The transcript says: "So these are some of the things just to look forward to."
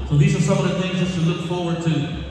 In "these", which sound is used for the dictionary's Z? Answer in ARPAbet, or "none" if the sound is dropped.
Z